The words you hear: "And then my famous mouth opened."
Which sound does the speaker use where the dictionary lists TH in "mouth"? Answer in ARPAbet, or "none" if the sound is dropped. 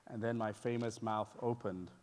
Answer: TH